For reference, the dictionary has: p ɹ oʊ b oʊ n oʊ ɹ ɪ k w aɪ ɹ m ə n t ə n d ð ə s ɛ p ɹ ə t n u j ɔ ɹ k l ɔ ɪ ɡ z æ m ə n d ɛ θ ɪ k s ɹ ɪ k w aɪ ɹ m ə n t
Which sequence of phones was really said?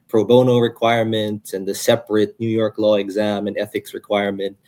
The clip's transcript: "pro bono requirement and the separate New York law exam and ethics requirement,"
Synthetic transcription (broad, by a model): p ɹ oʊ b oʊ n oʊ ɹ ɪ k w aɪ ɹ m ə n t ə n ð ə s ɛ p ɹ ə t n u j ɔ ɹ k l ɔ ɪ ɡ z æ m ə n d ɛ θ ɪ k s ɹ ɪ k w aɪ ɹ m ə n t